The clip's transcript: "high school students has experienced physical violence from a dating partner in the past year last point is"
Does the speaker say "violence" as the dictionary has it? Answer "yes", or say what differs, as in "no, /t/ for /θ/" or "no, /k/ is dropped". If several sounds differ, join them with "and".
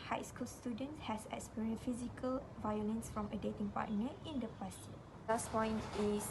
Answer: yes